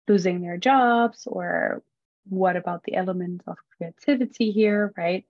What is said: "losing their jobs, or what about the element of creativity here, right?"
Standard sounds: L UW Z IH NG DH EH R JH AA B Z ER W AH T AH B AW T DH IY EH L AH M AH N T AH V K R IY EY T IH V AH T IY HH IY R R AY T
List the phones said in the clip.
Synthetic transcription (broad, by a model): L UW Z IH NG DH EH R JH AA B Z ER W AH T AH B AW T DH IY EH L AH M AH N T AH V K R IY EY T IH V AH T IY HH IY R R AY T